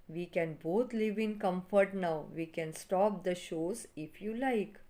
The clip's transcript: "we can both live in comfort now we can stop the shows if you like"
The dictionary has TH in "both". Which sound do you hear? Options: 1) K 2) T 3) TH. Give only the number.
2